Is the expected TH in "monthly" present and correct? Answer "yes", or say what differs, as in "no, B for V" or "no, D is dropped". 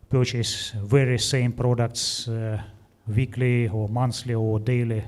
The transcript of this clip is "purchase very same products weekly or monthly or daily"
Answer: no, S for TH